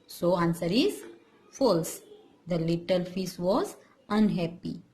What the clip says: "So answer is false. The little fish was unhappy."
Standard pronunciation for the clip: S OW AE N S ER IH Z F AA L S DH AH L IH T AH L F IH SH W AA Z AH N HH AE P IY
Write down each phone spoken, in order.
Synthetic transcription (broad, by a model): S OW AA N S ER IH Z F AA L S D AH L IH T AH L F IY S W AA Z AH N HH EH P IY